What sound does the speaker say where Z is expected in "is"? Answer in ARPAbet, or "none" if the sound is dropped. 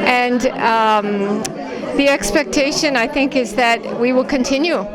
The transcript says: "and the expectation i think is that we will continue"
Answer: Z